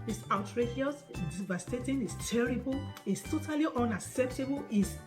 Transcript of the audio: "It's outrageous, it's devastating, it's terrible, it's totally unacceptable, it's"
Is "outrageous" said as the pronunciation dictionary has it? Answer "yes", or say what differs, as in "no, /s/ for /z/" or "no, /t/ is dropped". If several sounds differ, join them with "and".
no, /s/ is dropped